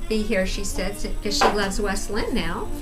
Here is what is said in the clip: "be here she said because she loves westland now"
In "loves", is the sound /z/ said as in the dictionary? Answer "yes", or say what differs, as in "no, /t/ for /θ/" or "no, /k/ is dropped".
yes